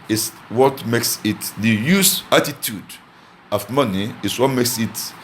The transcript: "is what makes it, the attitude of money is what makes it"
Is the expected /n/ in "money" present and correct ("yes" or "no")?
yes